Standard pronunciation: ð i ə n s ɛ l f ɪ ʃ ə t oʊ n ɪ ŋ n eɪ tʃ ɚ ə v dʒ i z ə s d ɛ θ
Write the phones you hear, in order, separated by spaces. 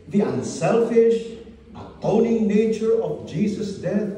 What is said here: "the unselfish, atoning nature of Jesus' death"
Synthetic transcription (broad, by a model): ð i ə n s ɛ l f ɪ ʃ ə t oʊ n ɪ ŋ n eɪ tʃ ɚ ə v dʒ i s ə s d ɛ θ